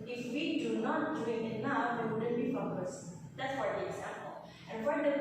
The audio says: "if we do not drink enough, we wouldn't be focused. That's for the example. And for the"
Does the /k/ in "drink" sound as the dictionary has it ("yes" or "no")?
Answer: no